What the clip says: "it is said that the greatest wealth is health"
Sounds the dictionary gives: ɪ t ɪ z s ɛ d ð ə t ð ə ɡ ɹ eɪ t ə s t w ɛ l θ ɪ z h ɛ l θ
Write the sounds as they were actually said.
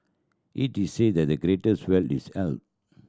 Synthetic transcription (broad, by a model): ɪ t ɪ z s ɛ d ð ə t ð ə ɡ ɹ eɪ t ə s t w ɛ l t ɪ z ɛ l t